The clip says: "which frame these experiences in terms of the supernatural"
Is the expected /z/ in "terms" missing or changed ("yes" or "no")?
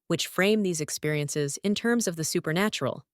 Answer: no